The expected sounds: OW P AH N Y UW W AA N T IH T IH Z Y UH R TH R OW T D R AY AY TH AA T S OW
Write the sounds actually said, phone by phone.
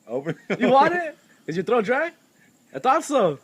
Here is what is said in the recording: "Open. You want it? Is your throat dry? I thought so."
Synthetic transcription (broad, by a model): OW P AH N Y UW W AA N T IH T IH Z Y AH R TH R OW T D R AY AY T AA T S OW